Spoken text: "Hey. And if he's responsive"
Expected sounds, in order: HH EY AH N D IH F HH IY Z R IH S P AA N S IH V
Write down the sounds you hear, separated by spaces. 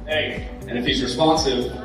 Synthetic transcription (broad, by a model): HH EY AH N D IH F HH IY Z R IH S P AA N S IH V